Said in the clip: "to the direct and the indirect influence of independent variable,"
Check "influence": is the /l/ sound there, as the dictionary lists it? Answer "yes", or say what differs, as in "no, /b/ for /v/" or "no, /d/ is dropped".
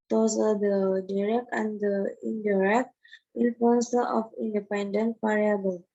no, /l/ is dropped